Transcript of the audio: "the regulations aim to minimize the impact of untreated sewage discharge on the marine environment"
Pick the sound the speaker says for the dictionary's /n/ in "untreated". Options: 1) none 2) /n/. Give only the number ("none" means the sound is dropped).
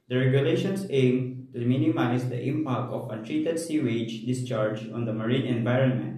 1